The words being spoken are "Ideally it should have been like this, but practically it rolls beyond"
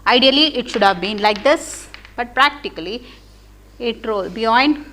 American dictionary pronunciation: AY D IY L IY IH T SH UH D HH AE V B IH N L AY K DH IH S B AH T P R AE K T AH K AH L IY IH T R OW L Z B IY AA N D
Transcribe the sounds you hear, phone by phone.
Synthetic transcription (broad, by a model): AY D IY L IY IH T SH UH D HH AE V B IH N L AY K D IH S B AH T P R AE K T AH K AH L IY IH T R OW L B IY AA N D